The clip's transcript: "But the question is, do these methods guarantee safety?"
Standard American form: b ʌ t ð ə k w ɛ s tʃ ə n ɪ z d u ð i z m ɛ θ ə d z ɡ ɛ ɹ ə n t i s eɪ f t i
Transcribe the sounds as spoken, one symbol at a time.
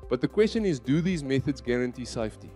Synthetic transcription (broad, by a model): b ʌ t ð ə k w ɛ s tʃ ə n ɪ z d u ð i z m ɛ θ ə d z ɡ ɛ ɹ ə n t i s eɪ f t i